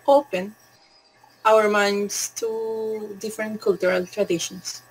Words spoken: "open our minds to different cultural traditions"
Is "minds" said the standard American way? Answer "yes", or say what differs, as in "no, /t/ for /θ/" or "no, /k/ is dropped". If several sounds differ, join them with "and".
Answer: no, /s/ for /z/